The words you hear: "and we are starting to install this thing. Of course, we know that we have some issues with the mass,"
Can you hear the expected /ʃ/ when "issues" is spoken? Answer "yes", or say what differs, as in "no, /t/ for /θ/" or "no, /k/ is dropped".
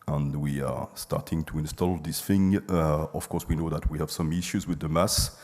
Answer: yes